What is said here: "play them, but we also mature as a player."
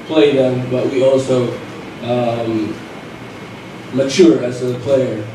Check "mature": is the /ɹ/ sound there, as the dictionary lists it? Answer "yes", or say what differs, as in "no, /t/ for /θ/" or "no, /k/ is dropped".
yes